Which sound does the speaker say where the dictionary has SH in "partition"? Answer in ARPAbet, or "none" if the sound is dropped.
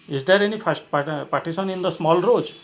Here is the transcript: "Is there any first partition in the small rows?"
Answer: S